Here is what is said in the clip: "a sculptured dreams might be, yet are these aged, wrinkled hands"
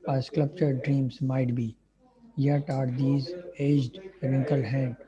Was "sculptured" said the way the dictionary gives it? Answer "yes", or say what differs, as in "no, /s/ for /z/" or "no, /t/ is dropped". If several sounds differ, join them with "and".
no, /l/ is dropped